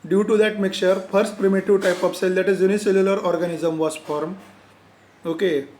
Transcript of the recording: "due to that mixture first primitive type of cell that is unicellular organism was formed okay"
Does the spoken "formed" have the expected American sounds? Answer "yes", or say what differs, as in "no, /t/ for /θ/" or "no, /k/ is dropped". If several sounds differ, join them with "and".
no, /d/ is dropped